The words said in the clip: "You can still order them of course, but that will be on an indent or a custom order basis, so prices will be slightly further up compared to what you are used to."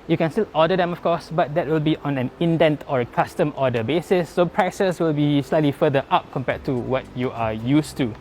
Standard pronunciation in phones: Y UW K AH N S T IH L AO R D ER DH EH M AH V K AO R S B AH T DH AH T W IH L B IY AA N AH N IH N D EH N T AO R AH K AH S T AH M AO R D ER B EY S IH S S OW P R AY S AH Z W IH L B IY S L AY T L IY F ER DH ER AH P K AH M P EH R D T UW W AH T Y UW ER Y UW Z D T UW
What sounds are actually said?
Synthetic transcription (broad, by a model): Y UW K AH N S T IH L AO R D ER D EH M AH F K AO S B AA T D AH T W IH L B IY AA N AH N IH N D EH N T AO R AH K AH S T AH M AO D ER B EY S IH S S OW P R AY S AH S W IH L B IY S L AY T L IY F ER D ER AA P K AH M P EH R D T UW W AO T Y UW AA Y UW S T UW